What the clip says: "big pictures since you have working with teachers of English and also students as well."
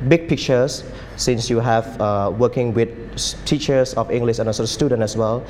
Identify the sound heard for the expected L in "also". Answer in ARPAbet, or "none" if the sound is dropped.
none